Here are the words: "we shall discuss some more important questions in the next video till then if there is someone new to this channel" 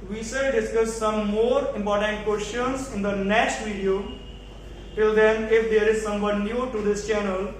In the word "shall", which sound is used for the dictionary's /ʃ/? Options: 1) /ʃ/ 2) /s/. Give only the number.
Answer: 2